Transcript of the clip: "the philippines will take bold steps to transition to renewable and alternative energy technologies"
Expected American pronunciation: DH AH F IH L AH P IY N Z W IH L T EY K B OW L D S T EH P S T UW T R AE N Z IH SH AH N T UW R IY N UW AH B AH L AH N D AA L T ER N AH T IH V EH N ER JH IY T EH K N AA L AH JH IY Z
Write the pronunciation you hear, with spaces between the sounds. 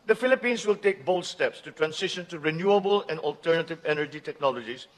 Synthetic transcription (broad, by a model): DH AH F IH L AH P IY N S W IH L T EY K B OW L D S T EH P S T UW T R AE N S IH SH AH N T UW R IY N UW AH B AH L AH N D AA L T ER N AH T IH V EH N ER JH IY T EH K N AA L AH JH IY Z